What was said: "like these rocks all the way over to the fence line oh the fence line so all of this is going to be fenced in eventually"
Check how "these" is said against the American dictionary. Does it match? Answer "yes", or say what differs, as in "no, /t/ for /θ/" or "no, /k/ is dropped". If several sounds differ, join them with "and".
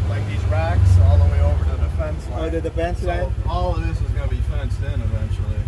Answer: yes